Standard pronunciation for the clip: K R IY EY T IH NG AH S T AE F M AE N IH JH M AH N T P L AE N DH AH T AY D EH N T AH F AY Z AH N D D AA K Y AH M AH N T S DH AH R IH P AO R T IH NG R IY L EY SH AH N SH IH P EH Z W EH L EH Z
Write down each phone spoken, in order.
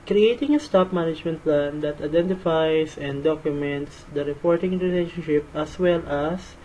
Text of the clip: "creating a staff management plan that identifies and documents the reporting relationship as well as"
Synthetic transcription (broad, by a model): K R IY EY T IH NG AH S T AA P M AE N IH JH M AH N T P L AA N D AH T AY D EH N T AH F AY S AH N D D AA K Y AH M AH N T S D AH R IH P AO R T IH NG R IY L EY SH AH N SH IH P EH S W EH L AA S